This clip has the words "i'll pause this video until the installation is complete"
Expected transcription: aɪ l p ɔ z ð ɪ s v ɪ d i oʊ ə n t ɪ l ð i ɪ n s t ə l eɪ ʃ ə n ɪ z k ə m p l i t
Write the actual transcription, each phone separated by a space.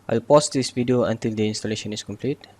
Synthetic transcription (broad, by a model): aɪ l p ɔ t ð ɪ s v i d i oʊ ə n t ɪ l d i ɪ n s t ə l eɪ ʃ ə n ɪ s k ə m p l i t